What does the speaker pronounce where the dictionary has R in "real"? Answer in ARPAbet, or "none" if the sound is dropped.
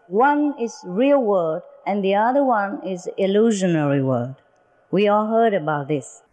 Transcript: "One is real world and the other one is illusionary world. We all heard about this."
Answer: R